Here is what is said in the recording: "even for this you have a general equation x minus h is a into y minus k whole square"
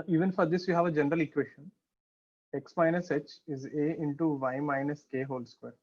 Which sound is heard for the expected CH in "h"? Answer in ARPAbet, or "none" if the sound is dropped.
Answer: CH